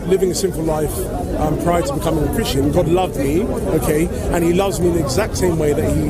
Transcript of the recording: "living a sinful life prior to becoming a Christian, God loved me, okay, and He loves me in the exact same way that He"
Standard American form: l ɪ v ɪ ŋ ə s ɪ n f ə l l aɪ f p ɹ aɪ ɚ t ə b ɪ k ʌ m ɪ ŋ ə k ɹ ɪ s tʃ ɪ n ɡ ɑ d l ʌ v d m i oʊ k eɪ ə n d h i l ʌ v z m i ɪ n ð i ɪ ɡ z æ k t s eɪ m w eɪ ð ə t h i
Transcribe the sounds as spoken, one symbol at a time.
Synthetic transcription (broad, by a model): l ɪ v ɪ ŋ ə s ɪ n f l l aɪ f p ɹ aɪ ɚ t ə b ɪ k ʌ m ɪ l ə k ɹ ɪ s tʃ ɪ n ɡ ɑ d l ʌ v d m i oʊ k eɪ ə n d i l ʌ v z m i ɪ n ð i ɪ ɡ z æ k t s eɪ m w eɪ ð ə t h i